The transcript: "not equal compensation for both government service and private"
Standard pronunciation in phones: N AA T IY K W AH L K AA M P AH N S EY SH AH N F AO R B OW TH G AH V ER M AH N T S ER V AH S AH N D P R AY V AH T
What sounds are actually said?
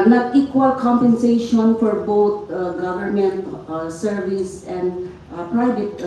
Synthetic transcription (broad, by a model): N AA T IY K W AH L K AA M P AH N S EY SH AH N F AO R B OW T G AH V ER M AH N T S ER V AH S AH N D P R AY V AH T